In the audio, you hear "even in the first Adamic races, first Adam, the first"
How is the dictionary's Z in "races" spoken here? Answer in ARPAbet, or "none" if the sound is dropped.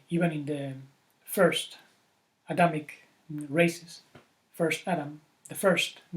S